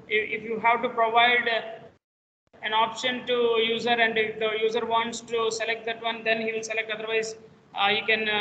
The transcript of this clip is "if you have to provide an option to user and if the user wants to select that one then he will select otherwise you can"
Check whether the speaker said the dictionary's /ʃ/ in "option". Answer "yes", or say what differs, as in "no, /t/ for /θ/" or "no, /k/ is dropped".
yes